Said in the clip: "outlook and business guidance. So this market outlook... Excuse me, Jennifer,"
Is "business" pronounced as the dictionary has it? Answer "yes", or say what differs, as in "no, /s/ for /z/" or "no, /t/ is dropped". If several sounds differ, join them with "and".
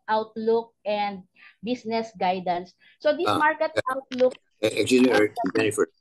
no, /s/ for /z/